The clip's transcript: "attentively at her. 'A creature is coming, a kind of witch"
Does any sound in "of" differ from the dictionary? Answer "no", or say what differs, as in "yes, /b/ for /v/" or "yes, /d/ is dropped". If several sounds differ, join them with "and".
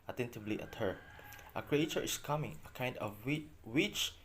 yes, /w/ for /v/